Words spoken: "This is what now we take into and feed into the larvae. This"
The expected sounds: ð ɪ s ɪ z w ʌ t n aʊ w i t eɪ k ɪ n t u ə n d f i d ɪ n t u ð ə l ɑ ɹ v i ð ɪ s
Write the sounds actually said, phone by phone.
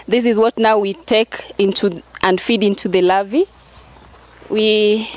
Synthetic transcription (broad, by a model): ð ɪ s ɪ z w ʌ t n aʊ w i t eɪ k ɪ n t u ə n d f i d ɪ n t u ð ə l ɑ v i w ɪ